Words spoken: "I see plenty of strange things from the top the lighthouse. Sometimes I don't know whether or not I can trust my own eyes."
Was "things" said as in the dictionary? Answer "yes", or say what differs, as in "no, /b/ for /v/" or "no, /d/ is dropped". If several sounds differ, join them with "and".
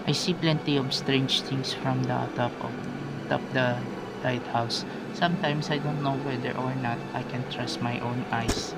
no, /t/ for /θ/ and /s/ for /z/